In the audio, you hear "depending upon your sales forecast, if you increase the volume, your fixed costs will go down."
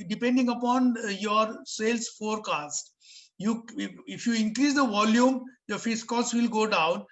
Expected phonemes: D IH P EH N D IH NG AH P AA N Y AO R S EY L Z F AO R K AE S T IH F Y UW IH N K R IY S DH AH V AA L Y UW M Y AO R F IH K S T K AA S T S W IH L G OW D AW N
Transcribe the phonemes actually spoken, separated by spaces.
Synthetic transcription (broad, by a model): D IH P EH N D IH NG AH P AA N Y AO R S EY L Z F AO R K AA S T IH F Y UW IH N K R IY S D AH V AA L Y UW M Y AO R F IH S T K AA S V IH L G OW D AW N